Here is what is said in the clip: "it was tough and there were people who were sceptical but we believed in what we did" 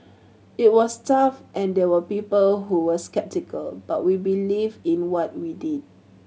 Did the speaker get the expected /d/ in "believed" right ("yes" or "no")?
no